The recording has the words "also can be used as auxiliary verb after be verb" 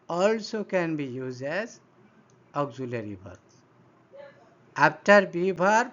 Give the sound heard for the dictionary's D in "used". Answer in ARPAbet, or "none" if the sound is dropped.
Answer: none